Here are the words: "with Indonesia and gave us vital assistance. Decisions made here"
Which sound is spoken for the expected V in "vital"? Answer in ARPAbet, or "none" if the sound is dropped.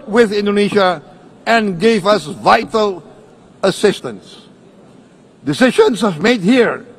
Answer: V